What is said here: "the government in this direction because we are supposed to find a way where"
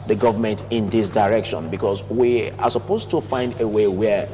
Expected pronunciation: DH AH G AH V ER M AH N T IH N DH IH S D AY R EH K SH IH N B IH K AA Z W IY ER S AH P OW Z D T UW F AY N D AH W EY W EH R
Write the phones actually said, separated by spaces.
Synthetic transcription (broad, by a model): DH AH G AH V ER M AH N T IH N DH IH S D AY R EH K SH IH N B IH K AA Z W IY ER S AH P OW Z T UW F AY N D AH W EY W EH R